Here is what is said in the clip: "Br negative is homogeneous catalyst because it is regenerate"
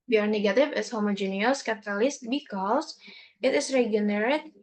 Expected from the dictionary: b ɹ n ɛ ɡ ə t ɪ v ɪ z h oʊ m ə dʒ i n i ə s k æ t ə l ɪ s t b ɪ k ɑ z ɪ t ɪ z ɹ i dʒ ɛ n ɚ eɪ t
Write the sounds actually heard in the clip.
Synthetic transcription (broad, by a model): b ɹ n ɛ ɡ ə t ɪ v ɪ s h oʊ m ə dʒ i n i ə s k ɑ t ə l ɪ s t b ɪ k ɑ s ɪ t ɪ s ɹ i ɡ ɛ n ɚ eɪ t